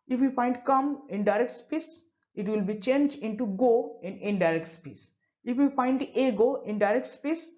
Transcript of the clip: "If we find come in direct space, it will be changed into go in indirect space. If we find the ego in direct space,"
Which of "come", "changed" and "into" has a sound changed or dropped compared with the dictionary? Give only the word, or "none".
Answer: changed